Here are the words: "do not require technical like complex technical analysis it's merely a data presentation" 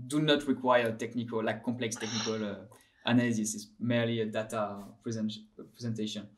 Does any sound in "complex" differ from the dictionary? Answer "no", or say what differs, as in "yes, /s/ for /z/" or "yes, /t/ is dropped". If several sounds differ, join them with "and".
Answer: no